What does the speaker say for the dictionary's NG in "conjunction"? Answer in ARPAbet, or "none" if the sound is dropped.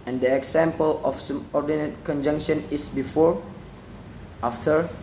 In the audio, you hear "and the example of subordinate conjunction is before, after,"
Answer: NG